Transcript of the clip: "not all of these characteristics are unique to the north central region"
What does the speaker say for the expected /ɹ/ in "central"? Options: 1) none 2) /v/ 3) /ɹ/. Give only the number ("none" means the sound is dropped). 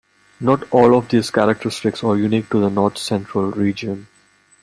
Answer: 3